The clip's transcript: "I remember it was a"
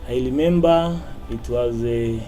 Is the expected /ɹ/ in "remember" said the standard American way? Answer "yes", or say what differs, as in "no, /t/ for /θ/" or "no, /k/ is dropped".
no, /l/ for /ɹ/